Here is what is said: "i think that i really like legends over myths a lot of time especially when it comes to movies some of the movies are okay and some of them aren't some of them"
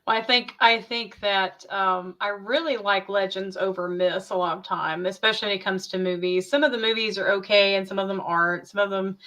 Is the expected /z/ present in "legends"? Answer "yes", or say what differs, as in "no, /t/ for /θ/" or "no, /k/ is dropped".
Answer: yes